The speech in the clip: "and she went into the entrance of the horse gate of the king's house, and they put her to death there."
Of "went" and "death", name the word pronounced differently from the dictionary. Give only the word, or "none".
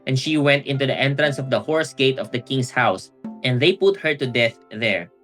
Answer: none